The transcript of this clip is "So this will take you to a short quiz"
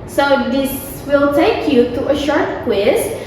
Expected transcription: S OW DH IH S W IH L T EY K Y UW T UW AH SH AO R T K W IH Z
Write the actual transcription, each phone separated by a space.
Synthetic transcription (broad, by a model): S OW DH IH S W IH L T EY K Y UW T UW AH SH AO R T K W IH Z